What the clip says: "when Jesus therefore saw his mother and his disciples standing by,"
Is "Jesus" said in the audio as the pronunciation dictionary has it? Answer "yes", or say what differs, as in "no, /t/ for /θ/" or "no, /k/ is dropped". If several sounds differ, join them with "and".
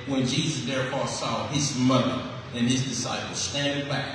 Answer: yes